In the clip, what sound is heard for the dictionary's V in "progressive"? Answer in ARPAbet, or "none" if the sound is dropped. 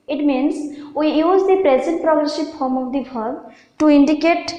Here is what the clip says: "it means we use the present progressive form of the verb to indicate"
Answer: P